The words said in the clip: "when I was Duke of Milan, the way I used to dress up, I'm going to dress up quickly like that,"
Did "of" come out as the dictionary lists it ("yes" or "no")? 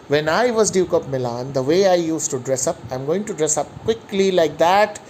no